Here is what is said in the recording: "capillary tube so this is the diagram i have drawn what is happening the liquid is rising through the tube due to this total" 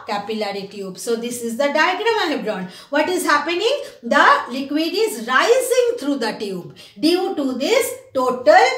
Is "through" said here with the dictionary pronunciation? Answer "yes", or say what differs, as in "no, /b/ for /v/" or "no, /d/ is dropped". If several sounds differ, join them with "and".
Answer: no, /t/ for /θ/